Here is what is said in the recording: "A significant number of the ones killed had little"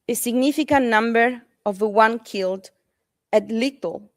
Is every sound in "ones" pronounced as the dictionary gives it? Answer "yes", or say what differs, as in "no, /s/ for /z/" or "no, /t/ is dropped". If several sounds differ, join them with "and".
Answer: no, /z/ is dropped